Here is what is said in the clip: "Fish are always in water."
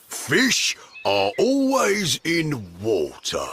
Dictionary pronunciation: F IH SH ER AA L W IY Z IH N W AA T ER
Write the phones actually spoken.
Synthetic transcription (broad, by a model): F IH SH ER AA L W IY Z IH N W AA T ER